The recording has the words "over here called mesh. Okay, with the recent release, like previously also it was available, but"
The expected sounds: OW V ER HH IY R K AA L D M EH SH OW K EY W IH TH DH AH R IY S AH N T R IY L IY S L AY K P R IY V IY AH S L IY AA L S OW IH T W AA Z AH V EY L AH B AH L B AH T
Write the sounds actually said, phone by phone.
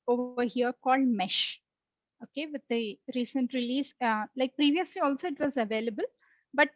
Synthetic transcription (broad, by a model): OW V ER HH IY R K AA L D M EH SH OW K EY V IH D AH R IY S AH N T R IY L IY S L AY K P R IY V IY AH S L IY AA L S OW IH T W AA Z AH V EY L AH B AH L B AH T